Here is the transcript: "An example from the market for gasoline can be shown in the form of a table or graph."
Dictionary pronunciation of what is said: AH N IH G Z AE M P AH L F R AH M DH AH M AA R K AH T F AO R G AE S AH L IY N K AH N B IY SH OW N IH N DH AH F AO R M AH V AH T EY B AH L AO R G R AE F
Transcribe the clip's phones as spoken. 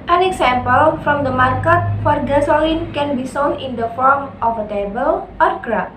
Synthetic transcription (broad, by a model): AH N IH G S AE M P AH L F R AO M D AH M AA R K AH T F AO R G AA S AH L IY N K AH N B IY S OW N IH N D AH F AO R M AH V AH T EY B AH L AO R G R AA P